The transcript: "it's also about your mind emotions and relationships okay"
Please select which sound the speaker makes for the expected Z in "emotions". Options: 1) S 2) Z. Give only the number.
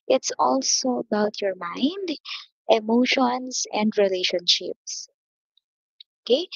1